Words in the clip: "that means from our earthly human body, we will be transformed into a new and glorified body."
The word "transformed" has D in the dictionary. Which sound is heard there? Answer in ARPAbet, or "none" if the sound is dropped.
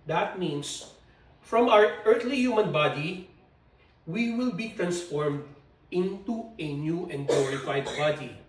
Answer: D